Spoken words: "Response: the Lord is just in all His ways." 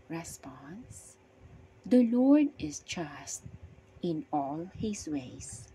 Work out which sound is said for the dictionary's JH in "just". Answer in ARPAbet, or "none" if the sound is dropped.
CH